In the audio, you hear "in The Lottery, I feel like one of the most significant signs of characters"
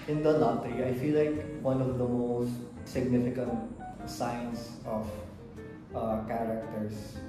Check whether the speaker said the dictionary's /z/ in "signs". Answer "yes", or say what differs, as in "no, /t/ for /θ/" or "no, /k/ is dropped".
no, /s/ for /z/